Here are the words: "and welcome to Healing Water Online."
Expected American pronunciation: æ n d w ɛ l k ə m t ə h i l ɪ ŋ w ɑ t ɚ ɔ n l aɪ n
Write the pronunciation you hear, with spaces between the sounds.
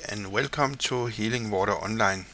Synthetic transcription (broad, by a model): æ n w ɛ l k ə m s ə h i l ɪ ŋ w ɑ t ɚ ɔ n l aɪ n